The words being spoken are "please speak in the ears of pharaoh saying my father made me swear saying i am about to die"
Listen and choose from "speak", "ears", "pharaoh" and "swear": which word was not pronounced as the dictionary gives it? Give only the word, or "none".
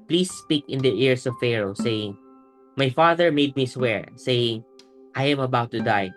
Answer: ears